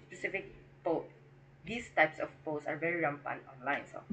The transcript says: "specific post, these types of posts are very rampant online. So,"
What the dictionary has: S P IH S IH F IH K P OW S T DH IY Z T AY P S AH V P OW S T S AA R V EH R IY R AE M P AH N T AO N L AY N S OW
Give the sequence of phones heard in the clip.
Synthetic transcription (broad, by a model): S P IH S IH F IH K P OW T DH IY S T AY P S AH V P OW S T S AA R V EH R IY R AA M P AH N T AO N L AY N S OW